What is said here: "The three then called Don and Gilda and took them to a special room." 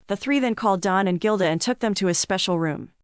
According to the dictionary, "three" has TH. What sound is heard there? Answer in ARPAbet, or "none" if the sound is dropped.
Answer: TH